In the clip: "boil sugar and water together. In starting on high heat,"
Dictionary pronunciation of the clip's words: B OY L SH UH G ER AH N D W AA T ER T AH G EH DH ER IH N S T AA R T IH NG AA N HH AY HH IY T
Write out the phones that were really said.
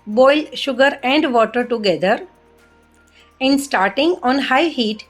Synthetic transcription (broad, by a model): B OY L SH UH G ER AH N D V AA T ER T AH G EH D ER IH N S T AA R T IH NG AA N HH AY HH IY T